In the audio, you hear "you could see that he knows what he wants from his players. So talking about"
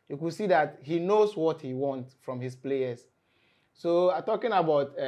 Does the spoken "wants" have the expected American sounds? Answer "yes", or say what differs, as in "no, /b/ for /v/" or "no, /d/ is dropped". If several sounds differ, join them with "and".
no, /s/ is dropped